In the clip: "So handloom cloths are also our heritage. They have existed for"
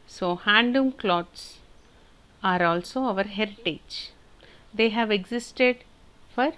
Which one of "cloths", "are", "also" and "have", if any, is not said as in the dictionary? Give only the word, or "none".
cloths